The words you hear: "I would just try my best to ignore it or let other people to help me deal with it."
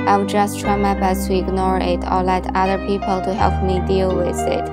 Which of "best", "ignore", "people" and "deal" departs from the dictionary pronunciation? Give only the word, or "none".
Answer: best